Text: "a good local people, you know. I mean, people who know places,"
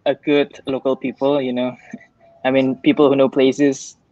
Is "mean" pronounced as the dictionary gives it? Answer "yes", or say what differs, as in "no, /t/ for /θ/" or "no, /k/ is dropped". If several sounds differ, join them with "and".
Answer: yes